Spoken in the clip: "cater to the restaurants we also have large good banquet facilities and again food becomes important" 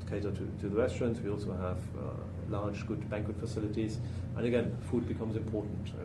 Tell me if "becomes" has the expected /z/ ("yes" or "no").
yes